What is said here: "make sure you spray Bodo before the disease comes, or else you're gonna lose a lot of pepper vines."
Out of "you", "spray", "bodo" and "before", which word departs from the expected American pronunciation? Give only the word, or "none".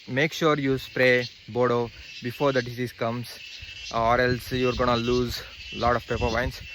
none